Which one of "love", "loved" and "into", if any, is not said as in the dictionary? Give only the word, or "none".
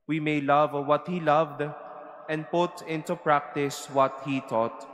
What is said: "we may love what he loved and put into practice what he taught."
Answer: none